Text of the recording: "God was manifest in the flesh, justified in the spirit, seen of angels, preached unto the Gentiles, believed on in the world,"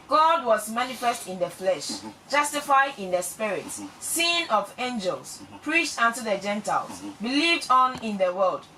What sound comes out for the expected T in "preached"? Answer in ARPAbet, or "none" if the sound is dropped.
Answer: T